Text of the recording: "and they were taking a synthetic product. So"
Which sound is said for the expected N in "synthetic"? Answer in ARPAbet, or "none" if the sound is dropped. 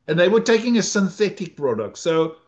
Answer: N